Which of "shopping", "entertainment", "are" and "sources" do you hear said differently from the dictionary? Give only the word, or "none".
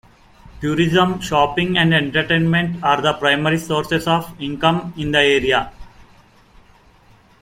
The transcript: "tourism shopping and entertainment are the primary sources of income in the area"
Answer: sources